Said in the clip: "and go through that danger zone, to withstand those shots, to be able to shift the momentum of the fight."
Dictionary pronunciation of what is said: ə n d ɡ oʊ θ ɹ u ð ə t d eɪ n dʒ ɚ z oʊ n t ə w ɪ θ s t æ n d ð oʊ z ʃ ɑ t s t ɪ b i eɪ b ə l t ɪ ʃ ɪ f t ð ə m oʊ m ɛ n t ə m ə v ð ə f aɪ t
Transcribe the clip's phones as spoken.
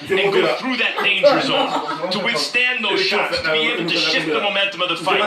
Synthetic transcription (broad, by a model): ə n ɡ oʊ θ ɹ u ð ə t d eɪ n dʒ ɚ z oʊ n t ə w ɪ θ s t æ n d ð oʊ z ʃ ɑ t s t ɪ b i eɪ ə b t ɪ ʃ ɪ t ð ə m oʊ m ɛ n t ə m ə v ð ə f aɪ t